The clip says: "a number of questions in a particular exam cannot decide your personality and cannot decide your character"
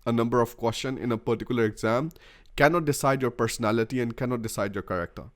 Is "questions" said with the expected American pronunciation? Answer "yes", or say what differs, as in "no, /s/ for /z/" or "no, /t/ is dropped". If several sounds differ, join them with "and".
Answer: no, /z/ is dropped